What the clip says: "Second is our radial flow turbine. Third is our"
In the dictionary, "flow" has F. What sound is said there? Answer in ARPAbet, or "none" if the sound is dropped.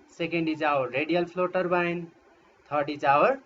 P